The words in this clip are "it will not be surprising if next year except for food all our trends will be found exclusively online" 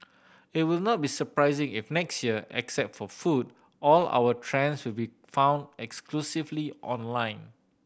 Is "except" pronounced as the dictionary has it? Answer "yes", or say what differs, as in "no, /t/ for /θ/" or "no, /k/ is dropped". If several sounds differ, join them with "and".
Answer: yes